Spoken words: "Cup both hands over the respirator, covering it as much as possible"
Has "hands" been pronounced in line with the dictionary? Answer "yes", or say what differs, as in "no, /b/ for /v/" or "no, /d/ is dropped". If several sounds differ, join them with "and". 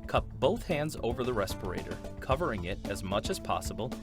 yes